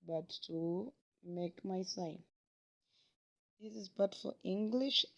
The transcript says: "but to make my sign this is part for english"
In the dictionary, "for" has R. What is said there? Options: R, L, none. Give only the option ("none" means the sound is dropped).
L